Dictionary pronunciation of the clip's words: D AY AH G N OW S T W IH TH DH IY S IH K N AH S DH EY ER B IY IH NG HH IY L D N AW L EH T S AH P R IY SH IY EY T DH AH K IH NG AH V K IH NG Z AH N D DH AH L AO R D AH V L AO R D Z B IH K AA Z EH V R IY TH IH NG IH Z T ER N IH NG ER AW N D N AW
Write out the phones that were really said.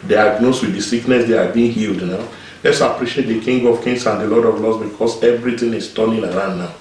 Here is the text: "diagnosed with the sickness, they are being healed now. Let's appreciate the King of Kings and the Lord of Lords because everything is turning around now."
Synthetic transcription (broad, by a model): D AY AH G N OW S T W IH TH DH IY S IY K N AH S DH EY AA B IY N HH IY L D N AW L EH T S AH P R IY SH IY EY T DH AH K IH NG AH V K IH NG S AH N D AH L AO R D AH V L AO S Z B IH K AA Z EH V R IY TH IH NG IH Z T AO N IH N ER AW N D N AW